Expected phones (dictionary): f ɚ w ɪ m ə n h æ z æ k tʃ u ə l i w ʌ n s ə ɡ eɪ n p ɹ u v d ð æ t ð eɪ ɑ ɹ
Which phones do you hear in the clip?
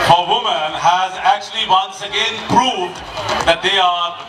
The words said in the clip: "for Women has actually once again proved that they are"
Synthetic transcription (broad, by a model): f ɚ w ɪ m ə n h æ z æ k tʃ u ə l i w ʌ n s ə ɡ eɪ n p ɹ u v d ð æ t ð eɪ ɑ ɹ